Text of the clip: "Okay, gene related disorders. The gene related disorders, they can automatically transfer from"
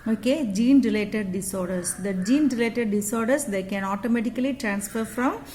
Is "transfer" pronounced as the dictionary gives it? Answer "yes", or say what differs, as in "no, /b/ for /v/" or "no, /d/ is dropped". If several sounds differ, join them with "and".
yes